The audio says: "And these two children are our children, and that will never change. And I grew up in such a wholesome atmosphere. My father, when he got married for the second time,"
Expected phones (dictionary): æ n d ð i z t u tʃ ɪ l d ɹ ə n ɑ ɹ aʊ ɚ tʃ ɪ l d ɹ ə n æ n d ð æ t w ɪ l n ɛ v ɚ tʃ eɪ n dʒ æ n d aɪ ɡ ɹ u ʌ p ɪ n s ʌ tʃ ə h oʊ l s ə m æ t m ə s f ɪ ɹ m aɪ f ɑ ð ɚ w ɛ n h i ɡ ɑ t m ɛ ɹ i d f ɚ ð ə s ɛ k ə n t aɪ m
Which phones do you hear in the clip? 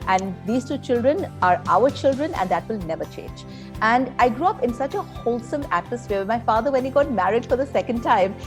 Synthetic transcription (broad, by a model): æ n d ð i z t u tʃ ɪ l d ɹ ə n ɑ ɹ aʊ ɚ tʃ ɪ l d ɹ ə n æ n d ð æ t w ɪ l n ɛ v ɚ tʃ eɪ n dʒ æ n d aɪ ɡ ɹ u ʌ p ɪ n s ʌ tʃ ə h oʊ l s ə m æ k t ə s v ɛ m aɪ f ɑ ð ɚ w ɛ n h i ɡ ɑ t m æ ɹ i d f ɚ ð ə s ɛ k ə n t aɪ m